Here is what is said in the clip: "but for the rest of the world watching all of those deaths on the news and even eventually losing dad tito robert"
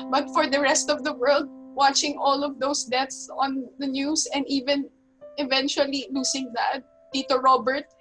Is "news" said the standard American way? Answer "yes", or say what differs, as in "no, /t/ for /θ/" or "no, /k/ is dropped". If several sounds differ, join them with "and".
no, /s/ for /z/